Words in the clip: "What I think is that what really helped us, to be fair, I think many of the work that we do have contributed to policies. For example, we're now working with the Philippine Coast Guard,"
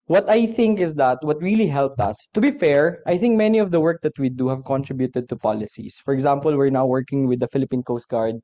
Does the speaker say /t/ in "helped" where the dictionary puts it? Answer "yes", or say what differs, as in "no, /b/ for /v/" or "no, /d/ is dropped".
yes